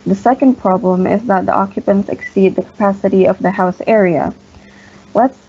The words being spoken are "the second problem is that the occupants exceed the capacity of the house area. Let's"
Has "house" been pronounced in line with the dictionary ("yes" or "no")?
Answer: yes